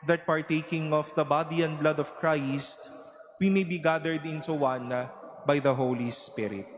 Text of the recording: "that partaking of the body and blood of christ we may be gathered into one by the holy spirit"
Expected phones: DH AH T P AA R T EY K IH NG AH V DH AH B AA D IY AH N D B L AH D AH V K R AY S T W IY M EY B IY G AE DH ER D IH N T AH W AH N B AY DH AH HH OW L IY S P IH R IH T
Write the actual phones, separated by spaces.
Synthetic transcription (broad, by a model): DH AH T P AA R T EY K IH NG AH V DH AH B AA D IY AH N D B L AH D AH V K R AY S T W IY M EY B IY G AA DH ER D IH N S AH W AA N B AY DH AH HH OW L IY S P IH R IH T